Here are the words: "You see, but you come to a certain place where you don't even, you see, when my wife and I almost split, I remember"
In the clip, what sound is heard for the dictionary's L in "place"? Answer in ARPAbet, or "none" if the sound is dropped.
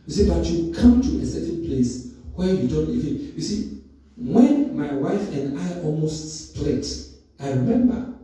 L